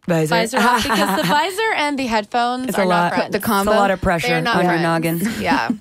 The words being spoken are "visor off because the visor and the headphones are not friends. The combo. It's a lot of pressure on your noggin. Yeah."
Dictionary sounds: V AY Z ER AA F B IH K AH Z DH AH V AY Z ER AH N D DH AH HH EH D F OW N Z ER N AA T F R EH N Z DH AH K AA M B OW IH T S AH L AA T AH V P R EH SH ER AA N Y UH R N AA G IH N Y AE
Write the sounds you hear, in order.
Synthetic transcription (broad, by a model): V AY Z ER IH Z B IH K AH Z DH AH V AY Z ER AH N DH AH HH EH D F OW N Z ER L AA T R DH AH K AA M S AH L AA T AH V P R EH SH ER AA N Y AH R N AA G IH N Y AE